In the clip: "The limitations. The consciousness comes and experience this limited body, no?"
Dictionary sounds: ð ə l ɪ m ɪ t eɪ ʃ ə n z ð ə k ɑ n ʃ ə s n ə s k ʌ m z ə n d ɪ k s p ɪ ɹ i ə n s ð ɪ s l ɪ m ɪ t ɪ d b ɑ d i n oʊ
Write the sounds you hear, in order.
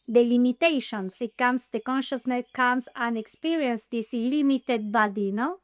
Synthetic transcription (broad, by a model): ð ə l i m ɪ t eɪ ʃ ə n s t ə k ɑ n ʃ ə s n ə s k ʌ m s ə n d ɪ k s p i ɹ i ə n s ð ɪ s l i m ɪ t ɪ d b ɑ d i n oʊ